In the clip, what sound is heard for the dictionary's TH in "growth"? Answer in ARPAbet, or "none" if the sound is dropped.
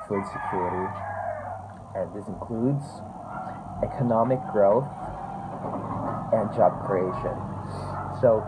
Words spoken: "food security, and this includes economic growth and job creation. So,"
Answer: TH